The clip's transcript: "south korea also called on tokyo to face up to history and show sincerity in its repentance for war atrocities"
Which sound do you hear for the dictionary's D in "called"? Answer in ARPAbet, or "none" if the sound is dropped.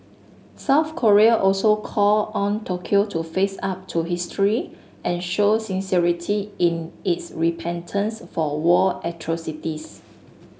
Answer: none